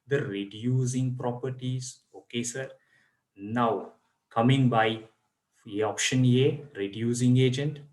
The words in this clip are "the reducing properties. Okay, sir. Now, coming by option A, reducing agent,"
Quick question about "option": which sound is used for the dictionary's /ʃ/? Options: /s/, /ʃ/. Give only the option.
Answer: /ʃ/